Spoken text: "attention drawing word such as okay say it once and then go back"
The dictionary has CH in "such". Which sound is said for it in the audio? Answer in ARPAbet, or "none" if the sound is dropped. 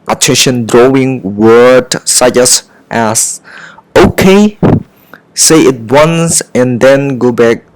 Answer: S